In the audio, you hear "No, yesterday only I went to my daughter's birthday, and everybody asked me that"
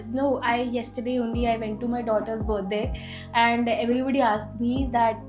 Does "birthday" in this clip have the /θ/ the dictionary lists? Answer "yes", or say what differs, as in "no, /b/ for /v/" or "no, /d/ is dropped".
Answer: no, /t/ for /θ/